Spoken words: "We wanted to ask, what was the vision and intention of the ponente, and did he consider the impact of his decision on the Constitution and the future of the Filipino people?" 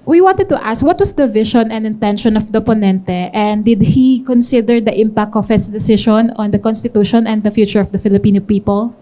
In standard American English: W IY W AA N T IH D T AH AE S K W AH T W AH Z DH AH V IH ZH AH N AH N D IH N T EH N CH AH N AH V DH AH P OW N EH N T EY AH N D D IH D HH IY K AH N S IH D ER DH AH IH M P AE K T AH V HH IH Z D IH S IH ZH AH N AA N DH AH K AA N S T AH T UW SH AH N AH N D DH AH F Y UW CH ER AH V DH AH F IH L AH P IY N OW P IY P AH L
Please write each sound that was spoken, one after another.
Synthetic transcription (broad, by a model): W IY W AA N T IH D T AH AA S K W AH T W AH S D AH V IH SH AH N AH N D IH N T EH N SH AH N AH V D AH P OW N EH N T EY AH N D D IH D HH IY K AH N S IH D ER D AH IH M P AE K T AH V HH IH S D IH S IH SH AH N AA N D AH K AA N S T AH T UW SH AH N AH N D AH F Y UW CH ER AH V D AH F IH L AH P IY N OW P IY P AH L